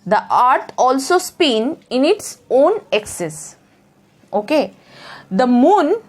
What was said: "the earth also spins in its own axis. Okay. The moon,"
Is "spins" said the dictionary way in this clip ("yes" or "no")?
no